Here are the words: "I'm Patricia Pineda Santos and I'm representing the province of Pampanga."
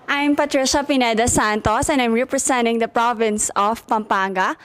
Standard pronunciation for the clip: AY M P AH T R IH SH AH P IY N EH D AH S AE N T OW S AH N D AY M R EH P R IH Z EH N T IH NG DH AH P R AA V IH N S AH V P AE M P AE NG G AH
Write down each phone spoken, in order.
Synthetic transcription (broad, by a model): AY M P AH T R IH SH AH P IY N EH D AH S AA N T OW S AH N D AY M R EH P R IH S EH N T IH NG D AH P R AA V IH N S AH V P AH M P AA NG G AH